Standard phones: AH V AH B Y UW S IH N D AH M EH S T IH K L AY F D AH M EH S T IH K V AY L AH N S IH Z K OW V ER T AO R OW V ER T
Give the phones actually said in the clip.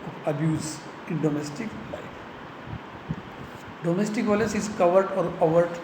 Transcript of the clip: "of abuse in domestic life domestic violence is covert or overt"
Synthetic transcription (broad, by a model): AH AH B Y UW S IH N D AH M EH S T IH K L AY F D AH M EH S T IH K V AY L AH S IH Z K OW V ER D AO R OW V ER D